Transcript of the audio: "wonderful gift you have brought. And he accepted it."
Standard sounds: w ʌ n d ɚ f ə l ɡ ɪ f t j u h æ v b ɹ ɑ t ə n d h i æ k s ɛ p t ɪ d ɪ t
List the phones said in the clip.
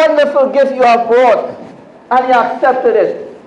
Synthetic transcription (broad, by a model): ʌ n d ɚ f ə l ɡ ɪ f j u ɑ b ɑ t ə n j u æ k s ɛ p t ɪ d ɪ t